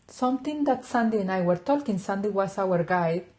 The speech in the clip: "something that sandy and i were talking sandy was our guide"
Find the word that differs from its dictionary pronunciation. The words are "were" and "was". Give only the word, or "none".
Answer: was